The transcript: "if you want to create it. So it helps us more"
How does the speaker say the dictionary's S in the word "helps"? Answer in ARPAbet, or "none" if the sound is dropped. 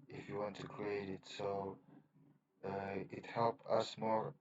none